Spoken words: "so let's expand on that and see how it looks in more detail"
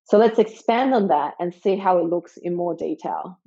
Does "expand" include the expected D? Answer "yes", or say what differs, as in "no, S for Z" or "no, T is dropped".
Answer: yes